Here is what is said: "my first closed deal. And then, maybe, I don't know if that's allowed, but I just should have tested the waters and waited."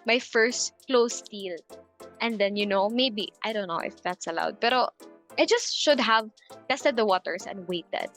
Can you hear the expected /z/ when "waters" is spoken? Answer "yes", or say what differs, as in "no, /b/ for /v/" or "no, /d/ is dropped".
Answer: no, /s/ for /z/